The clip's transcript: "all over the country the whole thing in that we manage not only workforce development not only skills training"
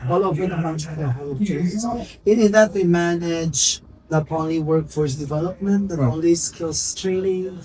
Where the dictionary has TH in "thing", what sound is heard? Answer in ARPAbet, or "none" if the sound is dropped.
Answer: S